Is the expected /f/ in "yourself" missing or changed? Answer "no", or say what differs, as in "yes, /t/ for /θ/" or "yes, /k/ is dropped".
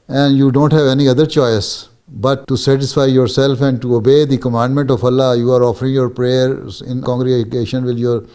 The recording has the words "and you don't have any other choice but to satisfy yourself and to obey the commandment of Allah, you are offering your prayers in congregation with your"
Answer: no